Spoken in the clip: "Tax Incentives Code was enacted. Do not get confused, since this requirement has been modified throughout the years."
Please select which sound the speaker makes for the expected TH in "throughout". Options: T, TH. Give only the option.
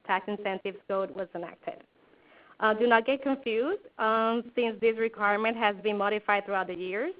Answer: TH